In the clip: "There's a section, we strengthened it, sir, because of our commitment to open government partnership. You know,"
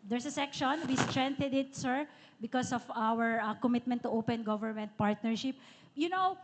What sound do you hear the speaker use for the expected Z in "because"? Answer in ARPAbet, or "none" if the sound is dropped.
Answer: S